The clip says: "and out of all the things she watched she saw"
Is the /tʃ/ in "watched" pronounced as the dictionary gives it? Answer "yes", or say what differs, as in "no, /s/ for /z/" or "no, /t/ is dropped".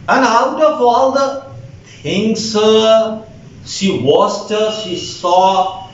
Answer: no, /s/ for /tʃ/